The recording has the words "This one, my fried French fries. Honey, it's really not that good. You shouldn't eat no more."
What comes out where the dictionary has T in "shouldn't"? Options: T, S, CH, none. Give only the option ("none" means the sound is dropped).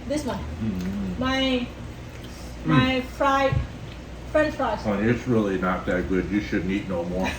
none